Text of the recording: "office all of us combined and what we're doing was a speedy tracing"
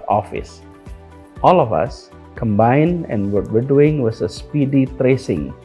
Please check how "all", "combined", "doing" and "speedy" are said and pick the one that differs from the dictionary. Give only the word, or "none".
none